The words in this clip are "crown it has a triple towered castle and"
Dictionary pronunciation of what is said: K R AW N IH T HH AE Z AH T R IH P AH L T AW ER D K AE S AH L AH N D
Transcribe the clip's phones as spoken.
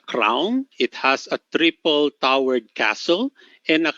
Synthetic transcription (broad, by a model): K R AW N IH T HH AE S AH T R IH P AH L T AW ER D K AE S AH L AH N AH